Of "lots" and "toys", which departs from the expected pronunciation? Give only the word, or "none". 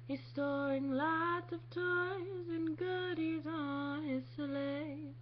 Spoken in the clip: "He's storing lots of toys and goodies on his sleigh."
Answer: none